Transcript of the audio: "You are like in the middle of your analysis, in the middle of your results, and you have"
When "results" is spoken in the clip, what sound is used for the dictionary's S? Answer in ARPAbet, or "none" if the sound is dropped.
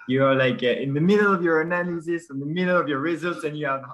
S